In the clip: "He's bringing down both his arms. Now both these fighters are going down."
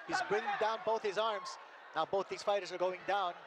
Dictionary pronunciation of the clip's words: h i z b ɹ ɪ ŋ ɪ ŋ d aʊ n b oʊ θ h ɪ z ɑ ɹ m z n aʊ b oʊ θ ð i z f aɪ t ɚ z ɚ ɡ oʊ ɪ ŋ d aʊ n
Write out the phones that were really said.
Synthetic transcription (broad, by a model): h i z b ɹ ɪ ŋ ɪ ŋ d aʊ n b oʊ θ h ɪ z ɑ ɹ m z n aʊ b oʊ θ ð i z f aɪ t ɚ z ɚ ɡ oʊ ɪ ŋ d aʊ n